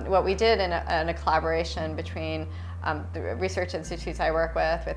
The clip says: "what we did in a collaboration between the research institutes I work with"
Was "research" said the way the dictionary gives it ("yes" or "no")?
yes